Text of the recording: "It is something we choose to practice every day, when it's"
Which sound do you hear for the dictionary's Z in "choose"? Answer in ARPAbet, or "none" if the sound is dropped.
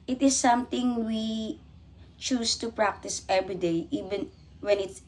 S